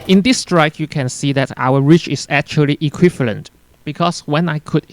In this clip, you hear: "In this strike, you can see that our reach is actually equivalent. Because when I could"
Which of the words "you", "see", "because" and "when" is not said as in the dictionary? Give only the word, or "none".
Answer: because